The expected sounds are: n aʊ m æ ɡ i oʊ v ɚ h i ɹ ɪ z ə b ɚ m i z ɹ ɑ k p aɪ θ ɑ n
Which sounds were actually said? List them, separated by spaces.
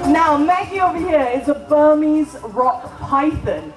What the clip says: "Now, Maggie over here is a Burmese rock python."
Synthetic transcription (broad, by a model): n aʊ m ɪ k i oʊ v ɚ h i ɹ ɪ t ə b ɚ m i z ɹ ɑ k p aɪ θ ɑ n